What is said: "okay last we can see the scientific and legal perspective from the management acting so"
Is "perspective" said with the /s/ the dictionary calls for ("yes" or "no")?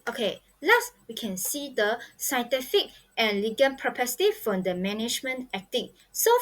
no